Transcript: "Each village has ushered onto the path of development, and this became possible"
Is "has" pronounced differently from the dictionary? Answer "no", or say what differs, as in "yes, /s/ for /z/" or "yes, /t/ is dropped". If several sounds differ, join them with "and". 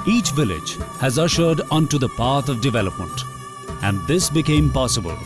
no